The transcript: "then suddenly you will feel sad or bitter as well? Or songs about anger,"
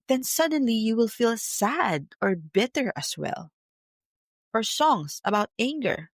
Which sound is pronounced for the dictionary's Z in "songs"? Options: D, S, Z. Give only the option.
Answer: S